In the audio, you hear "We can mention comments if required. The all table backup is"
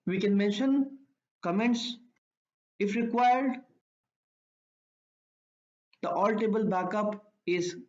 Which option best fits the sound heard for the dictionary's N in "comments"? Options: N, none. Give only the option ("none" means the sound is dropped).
N